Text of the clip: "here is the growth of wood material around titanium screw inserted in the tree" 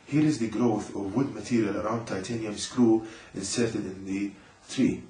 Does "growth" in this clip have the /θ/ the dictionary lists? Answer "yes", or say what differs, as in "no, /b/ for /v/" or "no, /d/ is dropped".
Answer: yes